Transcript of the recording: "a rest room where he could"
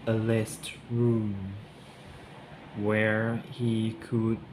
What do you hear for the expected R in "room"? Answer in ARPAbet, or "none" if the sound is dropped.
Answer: R